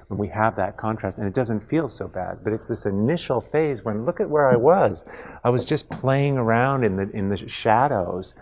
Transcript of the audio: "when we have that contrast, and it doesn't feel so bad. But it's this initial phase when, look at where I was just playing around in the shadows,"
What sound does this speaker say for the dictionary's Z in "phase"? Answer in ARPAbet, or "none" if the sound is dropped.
Z